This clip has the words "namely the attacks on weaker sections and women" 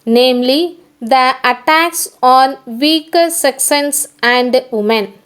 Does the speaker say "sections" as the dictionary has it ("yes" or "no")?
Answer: no